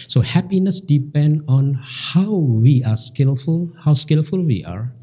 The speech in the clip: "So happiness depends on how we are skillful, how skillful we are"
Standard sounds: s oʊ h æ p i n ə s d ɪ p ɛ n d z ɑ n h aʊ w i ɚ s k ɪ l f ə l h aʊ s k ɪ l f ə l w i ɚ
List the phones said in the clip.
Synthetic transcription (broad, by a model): s oʊ h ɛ p i n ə s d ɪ p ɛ n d ɑ n h aʊ w i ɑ s k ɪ l f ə l h aʊ s k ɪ l f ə l w i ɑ